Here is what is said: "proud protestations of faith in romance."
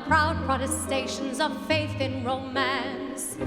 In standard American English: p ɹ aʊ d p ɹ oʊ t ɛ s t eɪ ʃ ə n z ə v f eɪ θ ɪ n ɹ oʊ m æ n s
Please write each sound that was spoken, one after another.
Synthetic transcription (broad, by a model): p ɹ aʊ d p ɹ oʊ t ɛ s t eɪ ʃ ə n z ə v f eɪ θ ɪ n ɹ oʊ m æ n s